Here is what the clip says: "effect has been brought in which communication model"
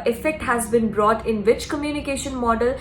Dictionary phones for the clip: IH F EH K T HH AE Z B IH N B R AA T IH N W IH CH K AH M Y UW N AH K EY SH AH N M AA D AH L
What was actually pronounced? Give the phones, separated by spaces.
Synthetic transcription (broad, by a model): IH F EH K T HH AE Z B IH N B R AA T IH N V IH CH K AH M Y UW N AH K EY SH AH N M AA D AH L